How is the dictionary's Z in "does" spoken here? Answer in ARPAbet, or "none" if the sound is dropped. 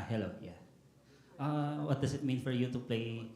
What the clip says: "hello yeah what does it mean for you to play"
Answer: S